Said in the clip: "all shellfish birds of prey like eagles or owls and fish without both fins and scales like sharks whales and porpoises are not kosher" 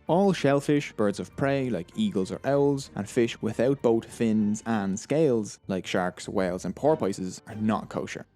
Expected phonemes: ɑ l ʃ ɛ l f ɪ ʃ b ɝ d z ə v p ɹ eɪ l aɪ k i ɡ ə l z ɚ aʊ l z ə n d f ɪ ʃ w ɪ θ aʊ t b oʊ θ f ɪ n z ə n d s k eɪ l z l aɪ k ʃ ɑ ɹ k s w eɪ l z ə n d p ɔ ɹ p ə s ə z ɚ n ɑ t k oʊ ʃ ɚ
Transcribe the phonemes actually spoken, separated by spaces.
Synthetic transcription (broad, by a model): ɑ l ʃ ɛ l f ɪ ʃ b ɝ d z ə v p ɹ eɪ l aɪ k i ɡ ə l z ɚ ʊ l z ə n f ɪ ʃ w ɪ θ aʊ t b oʊ t f ɪ n z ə n s k eɪ l z l aɪ k ʃ ɑ ɹ k s w eɪ l z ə n p ɔ ɹ p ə s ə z ɚ n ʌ t k oʊ ʃ ɚ